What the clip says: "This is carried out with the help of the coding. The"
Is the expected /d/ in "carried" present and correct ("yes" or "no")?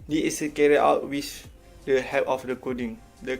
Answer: no